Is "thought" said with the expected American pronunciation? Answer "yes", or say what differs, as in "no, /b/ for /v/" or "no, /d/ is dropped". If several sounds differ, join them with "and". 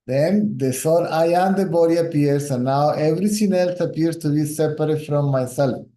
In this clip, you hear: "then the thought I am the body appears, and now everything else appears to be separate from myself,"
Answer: no, /s/ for /θ/